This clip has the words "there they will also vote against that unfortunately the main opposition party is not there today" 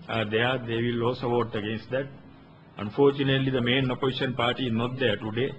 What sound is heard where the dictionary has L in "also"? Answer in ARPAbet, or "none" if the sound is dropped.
none